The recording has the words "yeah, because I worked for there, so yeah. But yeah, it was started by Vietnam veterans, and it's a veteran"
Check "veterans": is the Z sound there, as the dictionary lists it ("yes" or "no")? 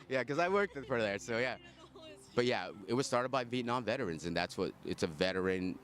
yes